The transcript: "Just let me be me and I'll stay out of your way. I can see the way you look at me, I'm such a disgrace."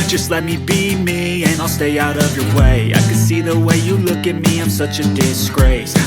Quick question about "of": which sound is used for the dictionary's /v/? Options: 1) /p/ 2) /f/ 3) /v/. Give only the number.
3